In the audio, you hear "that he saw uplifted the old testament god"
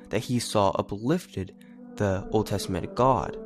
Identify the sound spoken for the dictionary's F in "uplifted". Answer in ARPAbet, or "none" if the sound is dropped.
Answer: F